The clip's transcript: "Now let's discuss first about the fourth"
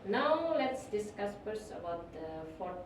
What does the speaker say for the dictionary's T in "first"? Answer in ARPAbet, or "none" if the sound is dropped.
none